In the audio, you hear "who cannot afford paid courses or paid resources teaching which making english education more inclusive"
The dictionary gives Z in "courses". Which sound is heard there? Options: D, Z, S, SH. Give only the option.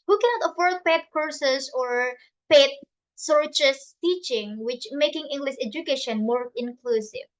S